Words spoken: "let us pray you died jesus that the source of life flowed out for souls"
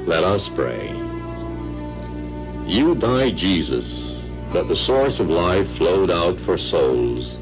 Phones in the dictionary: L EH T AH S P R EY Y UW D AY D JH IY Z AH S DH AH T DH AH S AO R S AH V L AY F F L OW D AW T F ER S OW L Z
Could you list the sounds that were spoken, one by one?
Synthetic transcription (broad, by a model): L EH T AH S P R EY Y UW D AY D JH IY Z AH S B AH T DH AH S AO R S AH V L AY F F L OW D AW T F ER S OW L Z